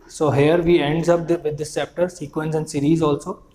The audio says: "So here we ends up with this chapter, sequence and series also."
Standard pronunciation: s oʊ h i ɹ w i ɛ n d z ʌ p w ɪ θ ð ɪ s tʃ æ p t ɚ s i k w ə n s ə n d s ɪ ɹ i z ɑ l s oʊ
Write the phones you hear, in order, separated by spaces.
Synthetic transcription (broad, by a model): s oʊ h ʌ ɹ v i ɛ n d z ʌ p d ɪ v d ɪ s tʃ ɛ p t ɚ s i k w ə n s ə n d s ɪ ɹ i z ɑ l s oʊ